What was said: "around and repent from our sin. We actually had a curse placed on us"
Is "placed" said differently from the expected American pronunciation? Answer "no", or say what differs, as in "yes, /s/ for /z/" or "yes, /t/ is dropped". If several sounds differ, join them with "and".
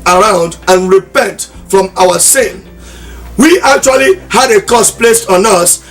no